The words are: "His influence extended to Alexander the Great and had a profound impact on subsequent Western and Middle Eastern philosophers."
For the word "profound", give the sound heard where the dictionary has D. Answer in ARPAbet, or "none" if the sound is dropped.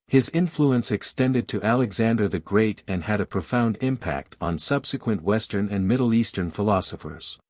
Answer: D